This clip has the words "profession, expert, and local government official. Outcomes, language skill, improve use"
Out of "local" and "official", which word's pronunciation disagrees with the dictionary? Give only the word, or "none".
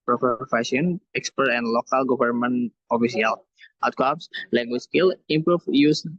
official